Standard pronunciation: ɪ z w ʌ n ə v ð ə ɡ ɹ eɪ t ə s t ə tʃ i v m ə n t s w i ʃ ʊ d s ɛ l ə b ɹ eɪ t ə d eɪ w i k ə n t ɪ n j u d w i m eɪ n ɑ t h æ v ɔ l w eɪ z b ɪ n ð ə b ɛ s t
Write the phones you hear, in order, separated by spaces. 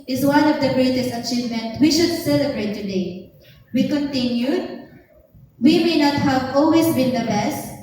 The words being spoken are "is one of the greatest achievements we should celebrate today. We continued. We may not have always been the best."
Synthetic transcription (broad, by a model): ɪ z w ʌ n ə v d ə ɡ ɹ eɪ t ə s t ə tʃ i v m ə n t w i ʃ ʊ d s ɛ l ə b ɹ eɪ t ə d eɪ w i k ə n t ɪ n j u d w i m eɪ n ɑ t h æ v ɔ l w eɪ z b ɪ n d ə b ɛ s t